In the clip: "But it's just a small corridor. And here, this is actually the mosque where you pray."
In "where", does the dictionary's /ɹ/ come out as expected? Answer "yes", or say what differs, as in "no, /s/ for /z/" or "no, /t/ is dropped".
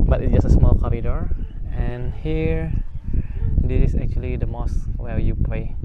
no, /l/ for /ɹ/